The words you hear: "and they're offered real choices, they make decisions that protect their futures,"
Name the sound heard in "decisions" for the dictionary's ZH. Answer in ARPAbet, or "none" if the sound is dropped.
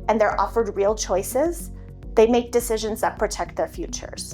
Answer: ZH